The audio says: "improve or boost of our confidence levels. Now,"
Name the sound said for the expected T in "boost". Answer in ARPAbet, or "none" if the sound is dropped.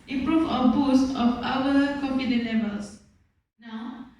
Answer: T